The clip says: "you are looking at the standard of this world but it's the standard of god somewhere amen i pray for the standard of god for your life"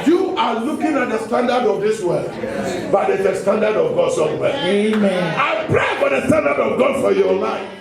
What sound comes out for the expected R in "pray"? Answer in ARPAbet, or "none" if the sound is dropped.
R